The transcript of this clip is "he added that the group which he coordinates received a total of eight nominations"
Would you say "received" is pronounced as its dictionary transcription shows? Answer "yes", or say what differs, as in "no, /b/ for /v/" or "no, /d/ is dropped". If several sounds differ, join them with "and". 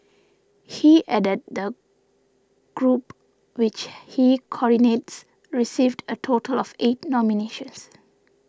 yes